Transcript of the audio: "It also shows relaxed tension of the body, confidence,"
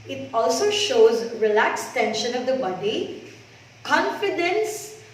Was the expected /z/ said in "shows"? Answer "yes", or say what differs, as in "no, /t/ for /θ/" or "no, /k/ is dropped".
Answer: yes